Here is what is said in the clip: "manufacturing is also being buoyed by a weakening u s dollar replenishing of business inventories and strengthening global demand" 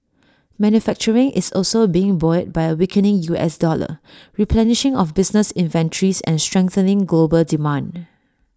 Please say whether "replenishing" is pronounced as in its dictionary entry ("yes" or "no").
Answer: yes